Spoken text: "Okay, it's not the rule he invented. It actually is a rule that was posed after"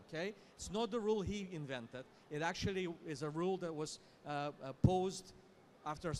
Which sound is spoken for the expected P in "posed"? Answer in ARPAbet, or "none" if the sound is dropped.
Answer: P